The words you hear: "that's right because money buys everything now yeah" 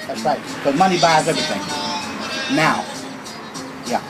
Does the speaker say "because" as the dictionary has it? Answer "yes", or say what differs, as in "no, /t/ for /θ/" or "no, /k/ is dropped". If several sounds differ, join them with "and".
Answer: no, /k/ is dropped and /z/ is dropped